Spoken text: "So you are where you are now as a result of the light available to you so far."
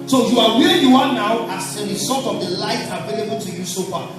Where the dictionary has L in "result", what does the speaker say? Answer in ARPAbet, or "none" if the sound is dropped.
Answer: none